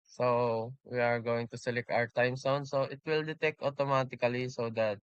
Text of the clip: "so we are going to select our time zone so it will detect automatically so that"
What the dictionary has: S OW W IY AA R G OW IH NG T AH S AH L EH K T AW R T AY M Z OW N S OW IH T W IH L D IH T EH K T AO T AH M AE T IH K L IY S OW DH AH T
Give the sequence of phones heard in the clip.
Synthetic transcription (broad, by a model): S OW W IY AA R G OW IH NG T AH S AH L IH K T AW R T AY M S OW N S OW IH T W IH L D IH T EH K T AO T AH M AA T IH K L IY S OW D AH T